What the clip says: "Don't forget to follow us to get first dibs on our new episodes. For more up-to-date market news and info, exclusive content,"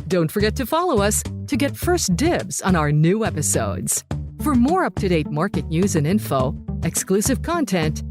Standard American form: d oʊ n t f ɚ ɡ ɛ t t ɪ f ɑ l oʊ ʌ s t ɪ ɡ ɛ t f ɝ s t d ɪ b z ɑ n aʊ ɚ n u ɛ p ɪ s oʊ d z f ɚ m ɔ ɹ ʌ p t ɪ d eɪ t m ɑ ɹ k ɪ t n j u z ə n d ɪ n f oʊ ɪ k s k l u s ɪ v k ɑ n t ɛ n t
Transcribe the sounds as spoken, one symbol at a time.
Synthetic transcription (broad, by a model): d oʊ n t f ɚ ɡ ɛ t t ɪ f ɑ l oʊ ʌ s t ɪ ɡ ɛ t f ɝ s d ɪ b z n aʊ ɚ n u ɛ p ɪ s oʊ d z f ɚ m ɔ ɹ ʌ p t ɪ d eɪ t m ɑ ɹ k ɪ t n j u z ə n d ɪ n f oʊ ɪ k s k l u s ɪ v k ɑ n t ɛ n t